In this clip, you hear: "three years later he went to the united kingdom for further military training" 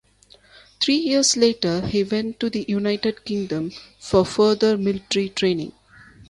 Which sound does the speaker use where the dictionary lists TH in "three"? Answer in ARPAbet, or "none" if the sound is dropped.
T